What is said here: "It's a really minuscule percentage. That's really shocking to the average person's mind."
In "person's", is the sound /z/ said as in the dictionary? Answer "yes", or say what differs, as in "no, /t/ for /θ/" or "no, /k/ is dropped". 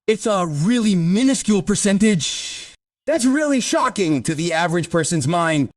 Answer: yes